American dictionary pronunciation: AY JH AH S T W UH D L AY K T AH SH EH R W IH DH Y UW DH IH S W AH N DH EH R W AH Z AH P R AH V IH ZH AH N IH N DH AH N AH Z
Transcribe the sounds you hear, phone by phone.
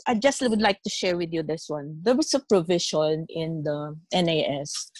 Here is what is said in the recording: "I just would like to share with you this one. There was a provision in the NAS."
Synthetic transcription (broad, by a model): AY JH AH S T W UH D L AY K T AH SH EH R W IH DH Y UW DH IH S W AH N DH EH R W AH S AH P R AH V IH SH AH N IH N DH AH N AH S